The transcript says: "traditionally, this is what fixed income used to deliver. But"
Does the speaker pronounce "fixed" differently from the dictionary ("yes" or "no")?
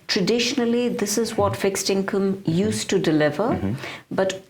no